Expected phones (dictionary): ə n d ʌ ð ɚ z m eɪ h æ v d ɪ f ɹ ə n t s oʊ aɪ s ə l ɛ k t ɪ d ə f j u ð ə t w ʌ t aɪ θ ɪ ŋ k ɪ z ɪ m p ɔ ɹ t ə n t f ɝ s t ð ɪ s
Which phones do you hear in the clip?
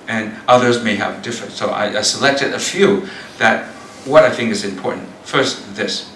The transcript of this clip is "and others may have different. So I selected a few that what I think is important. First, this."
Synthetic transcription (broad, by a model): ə n ʌ ð ɚ z m eɪ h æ v d ɪ f ɹ ə n t s oʊ aɪ s ə l ɛ k t ɪ d ə f j u ð ə t w ʌ t aɪ θ ɪ ŋ k ɪ z ɪ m p ɔ ɹ t n t f ɝ s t ð ɪ s